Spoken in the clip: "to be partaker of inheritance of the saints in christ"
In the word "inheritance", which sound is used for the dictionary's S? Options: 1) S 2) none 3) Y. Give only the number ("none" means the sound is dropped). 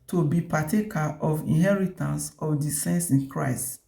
1